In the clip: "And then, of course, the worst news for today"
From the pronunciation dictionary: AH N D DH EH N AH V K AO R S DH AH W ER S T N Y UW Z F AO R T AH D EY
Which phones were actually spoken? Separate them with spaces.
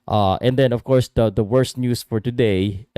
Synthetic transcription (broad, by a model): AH N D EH N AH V K AO R S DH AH W ER S T N Y UW S F AO R T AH D EY